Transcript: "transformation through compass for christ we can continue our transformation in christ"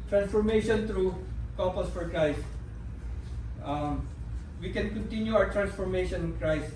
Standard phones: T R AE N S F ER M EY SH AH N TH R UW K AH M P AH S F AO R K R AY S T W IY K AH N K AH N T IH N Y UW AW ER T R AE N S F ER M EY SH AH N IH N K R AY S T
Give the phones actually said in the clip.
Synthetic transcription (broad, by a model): T R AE N S F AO M EY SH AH N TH R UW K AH P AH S F AO R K R AY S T W IY K AH N K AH N T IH N Y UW AW ER T R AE N S F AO M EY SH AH N IH N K R AY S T